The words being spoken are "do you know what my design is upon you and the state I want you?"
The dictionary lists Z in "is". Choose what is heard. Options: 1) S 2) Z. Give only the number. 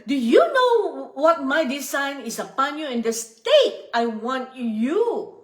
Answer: 1